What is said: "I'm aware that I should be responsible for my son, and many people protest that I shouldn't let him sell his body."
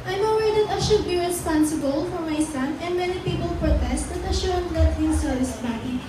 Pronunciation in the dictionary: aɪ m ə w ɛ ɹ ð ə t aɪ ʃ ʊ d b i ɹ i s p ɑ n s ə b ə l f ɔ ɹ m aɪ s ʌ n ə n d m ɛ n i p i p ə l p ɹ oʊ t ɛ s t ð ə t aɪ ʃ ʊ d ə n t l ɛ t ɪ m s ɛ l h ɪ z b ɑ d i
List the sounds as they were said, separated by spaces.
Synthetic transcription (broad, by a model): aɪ m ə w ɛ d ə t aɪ ʃ ʊ d b i ɹ i s p ɑ n s ə b ə l f ɔ ɹ m aɪ s ʌ n ə n d m ɛ n i p i p ə l p ɹ oʊ t ɛ s t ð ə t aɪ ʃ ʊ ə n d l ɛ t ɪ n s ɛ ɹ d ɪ s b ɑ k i